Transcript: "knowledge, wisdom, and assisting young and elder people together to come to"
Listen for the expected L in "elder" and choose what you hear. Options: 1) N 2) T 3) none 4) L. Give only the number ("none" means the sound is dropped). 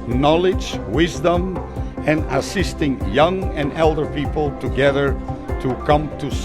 4